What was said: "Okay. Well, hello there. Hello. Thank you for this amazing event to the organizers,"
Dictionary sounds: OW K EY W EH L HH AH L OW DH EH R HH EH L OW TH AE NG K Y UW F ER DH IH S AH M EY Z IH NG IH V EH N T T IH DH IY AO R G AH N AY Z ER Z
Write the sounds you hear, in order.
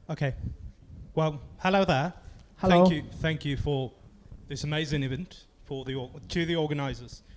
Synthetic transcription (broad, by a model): OW K EY W EH L HH AH L OW DH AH HH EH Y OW TH AE NG K Y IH F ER DH IH S AH M EY Z IH NG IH V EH N T T IH DH IY AO R G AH N AY Z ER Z